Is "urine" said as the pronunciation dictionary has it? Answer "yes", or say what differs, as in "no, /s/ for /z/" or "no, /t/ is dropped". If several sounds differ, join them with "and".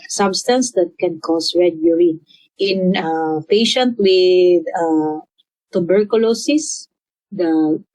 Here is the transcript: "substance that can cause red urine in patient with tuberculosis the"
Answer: no, /n/ is dropped